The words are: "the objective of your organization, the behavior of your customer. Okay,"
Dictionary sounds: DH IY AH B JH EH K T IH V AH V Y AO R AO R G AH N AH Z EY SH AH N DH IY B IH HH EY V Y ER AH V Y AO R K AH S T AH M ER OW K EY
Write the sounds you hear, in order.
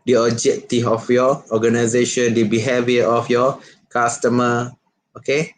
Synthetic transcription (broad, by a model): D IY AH JH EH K T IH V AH F Y AO AO G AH N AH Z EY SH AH N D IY B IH HH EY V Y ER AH F Y AO K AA S T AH M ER OW K EY